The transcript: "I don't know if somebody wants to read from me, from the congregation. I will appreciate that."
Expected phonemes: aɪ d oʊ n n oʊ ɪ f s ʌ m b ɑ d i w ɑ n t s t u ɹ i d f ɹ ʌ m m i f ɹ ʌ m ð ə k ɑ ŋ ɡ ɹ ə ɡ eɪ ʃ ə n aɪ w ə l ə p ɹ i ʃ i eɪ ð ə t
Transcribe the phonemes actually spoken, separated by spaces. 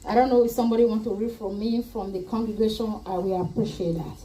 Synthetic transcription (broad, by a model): aɪ d oʊ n n oʊ ɪ f s ʌ m b ɑ d i w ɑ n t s t u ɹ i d f ɹ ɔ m m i f ɹ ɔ m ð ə k ɑ ŋ ɡ ɹ ə ɡ eɪ ʃ ə n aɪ w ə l ə p ɹ i ʃ i eɪ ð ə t